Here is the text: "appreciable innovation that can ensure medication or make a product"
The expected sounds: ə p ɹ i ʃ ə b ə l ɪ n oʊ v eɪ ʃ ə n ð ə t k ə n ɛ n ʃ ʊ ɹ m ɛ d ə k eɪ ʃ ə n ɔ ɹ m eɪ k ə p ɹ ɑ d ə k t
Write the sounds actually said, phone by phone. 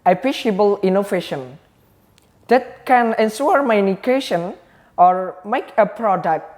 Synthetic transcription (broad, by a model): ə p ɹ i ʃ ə b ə l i n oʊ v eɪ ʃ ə n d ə t k ə n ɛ n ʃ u ɹ m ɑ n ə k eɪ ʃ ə n ɔ ɹ m eɪ k ə p ɹ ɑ d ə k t